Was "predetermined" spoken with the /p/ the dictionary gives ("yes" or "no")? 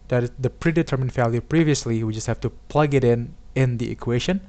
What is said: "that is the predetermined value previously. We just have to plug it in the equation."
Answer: yes